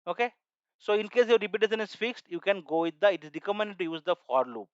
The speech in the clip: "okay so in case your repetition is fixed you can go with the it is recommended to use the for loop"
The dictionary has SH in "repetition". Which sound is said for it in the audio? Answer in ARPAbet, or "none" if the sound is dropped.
S